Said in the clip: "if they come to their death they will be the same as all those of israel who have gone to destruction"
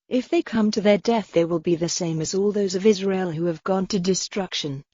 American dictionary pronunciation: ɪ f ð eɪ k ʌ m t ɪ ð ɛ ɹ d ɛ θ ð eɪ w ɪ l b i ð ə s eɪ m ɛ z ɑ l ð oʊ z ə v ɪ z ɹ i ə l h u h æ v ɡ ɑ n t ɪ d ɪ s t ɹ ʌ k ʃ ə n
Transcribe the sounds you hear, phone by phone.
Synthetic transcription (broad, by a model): ɪ f ð eɪ k ʌ m t ɪ ð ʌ ɹ d ɛ θ ð eɪ w ɪ l b i ð ə s eɪ m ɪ z ɑ l ð oʊ z ə v ɪ z ɹ i ə l h u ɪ v ɡ ɑ n t ɪ d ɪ s t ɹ ʌ k ʃ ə n